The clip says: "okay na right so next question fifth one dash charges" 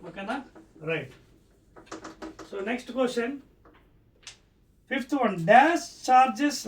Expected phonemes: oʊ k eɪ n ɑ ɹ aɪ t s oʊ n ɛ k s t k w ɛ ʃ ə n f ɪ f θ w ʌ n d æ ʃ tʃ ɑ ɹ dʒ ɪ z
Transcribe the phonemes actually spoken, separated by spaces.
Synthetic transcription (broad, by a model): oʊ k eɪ n ɑ ɹ aɪ t s oʊ n ɛ k s t k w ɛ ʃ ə n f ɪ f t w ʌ n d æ s tʃ ɑ ɹ dʒ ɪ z